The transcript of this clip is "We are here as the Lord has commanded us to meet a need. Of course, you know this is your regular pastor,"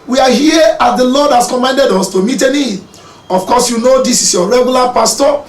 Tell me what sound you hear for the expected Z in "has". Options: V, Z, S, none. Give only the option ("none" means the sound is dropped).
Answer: S